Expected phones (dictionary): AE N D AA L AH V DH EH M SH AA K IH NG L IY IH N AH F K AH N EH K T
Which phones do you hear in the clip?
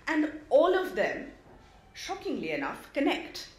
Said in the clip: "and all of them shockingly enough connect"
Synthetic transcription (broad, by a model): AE N D AA L AH V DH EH M SH AA K IH NG L IY IH N AH F K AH N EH K T